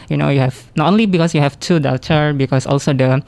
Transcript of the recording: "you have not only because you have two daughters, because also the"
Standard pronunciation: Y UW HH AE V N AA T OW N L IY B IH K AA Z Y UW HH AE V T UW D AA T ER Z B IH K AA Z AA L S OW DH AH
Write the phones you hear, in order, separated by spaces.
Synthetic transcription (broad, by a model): Y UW HH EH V N AA T OW N L IY B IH K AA S Y UW HH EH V T UW D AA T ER B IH K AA S AA L S OW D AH